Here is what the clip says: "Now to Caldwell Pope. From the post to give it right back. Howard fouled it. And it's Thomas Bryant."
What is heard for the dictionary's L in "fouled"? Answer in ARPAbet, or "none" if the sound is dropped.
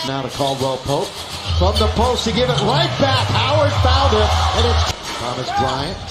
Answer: N